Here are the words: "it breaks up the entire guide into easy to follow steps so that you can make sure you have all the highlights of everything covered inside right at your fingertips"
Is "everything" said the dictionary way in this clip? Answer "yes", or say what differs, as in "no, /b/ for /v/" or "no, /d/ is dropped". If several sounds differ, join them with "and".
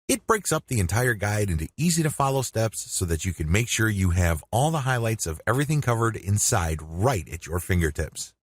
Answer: yes